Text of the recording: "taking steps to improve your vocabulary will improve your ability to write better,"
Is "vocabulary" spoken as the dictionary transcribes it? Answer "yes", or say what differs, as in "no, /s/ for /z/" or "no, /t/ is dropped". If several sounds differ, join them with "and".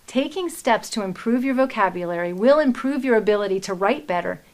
yes